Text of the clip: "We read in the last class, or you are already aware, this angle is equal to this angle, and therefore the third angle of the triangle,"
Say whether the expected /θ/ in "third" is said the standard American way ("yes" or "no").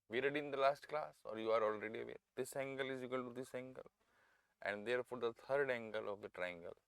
no